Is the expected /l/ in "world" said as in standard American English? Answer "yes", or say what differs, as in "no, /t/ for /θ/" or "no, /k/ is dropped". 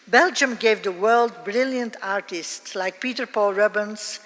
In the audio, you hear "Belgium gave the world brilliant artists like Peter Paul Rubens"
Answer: yes